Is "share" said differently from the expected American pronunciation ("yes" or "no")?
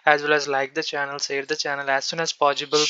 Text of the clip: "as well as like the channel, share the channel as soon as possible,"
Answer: yes